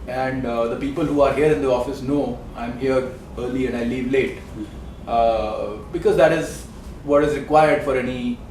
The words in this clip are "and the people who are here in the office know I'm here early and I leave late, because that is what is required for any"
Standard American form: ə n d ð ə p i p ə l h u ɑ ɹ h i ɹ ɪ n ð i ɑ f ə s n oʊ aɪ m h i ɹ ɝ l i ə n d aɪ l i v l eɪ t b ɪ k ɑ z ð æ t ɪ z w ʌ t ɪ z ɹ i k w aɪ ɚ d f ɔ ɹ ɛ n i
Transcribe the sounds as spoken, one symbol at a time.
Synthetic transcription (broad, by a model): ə n d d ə p i p ə l h u ɑ ɹ h i ɹ ɪ n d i ɑ f ə s n oʊ aɪ m h i ɹ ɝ l i ə n d aɪ l i v l eɪ t b ɪ k ɑ z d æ t ɪ z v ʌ t ɪ z ɹ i k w aɪ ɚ d f ɔ ɹ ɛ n i